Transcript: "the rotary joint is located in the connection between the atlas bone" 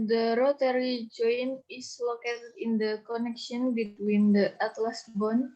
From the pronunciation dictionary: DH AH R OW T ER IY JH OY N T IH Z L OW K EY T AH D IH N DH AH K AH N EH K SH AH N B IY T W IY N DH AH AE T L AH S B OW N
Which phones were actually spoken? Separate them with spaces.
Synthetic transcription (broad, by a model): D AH R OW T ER IY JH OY N IH S L OW K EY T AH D IH N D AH K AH N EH K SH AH N B IY T W IY N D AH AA T L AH S B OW N